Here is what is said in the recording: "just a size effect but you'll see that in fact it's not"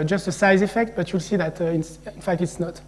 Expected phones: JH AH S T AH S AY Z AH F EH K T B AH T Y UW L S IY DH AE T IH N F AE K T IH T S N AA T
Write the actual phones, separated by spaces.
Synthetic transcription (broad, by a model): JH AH S T AH S AY Z AH F EH K T B AH T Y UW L S IY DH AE T IH N F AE K T IH T S N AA T